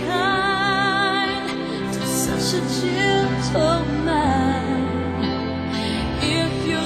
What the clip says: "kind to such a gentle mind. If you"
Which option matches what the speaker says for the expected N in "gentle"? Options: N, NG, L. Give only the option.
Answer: L